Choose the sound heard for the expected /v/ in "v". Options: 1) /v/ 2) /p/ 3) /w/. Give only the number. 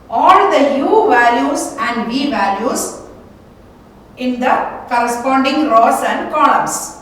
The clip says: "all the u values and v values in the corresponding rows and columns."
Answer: 1